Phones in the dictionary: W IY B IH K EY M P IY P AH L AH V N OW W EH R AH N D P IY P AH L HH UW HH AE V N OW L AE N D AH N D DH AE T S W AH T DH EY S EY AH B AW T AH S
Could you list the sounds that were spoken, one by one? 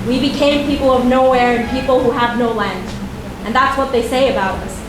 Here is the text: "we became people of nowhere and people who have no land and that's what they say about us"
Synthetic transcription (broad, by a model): W IY B IH K EY M P IY P L AH V N OW W EH R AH N P IY P L HH UW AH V N OW L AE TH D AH N DH AE T S W AH T DH EY S EY AH B AW T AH S